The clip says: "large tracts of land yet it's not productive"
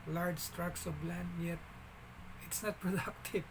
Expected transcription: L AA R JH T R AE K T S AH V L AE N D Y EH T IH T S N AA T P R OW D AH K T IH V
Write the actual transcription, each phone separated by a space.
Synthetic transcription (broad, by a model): L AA R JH T R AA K S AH B L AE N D Y EH T IH T S N AA T P R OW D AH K T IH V